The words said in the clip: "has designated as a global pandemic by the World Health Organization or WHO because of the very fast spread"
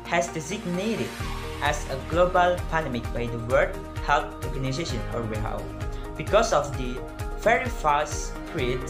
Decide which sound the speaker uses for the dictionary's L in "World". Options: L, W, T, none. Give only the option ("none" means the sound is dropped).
none